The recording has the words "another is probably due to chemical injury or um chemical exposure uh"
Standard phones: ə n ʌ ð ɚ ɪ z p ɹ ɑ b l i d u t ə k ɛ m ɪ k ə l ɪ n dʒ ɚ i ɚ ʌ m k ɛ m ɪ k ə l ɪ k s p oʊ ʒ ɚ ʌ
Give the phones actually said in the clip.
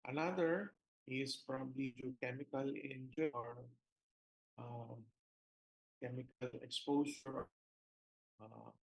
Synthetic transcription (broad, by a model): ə n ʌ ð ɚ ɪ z f ɹ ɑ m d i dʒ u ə k ɛ m ɪ k ə l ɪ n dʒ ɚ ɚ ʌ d k ɛ m ɪ k ə l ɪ k s p oʊ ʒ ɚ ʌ